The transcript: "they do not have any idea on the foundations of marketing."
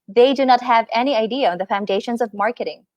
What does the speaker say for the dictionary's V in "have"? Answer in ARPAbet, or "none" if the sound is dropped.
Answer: V